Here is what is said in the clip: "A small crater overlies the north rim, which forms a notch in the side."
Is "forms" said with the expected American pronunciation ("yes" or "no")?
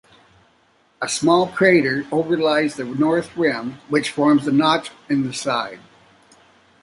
yes